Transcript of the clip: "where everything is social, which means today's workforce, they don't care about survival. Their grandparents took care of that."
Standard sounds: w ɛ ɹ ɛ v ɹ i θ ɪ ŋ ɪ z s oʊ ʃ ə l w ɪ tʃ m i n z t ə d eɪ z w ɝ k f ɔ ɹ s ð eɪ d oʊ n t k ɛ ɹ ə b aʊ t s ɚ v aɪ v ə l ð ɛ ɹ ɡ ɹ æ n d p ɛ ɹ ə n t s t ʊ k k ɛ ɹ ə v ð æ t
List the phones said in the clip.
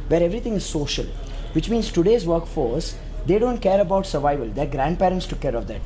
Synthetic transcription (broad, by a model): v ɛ ɹ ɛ v ɹ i t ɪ ŋ ɪ z s oʊ ʃ ə l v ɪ tʃ m i n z t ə d eɪ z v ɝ k f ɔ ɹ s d eɪ d oʊ n t k ɛ ɹ ə b aʊ t s ɚ v aɪ v ə l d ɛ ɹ ɡ ɹ æ n d p ɛ ɹ ə n t s t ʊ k k ɛ ɹ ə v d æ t